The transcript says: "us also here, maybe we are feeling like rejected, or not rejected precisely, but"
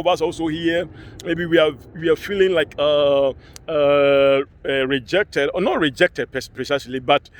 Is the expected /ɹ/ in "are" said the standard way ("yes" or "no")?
no